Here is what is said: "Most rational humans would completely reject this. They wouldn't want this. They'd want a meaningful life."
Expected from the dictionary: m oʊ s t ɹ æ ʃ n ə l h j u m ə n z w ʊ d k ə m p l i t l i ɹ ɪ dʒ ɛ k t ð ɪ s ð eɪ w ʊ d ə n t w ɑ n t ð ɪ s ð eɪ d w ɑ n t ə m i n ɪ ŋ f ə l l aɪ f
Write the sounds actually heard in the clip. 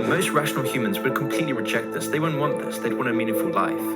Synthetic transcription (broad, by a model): m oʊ s t ɹ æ ʃ n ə l h j u m ə n z w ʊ d k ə m p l i t l i ɹ ɪ dʒ ɛ k t ð ɪ s ð eɪ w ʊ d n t w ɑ n ð ɪ s ð eɪ d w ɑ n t ə m i n ɪ ŋ f ə l l aɪ f